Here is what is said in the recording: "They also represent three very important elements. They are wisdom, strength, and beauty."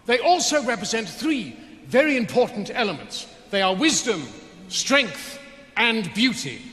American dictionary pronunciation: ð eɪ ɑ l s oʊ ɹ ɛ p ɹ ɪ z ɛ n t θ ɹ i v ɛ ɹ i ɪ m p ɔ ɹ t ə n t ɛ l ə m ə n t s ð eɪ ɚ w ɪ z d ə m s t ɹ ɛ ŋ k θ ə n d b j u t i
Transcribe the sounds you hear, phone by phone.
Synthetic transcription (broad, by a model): ð eɪ ɑ l s oʊ ɹ ɛ p ɹ ɪ z ɛ n t θ ɹ i v ɛ ɹ i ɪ m p ɔ ɹ t n t ɛ l ə m ə n t s ð eɪ ɚ w ɪ z d ə m s t ɹ ɛ ŋ k θ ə n b j u t i